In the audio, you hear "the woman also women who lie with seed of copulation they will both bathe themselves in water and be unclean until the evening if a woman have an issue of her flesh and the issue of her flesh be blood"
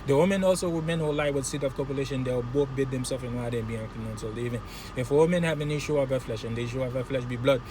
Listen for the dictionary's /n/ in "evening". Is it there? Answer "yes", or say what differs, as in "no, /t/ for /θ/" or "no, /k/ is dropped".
no, /n/ is dropped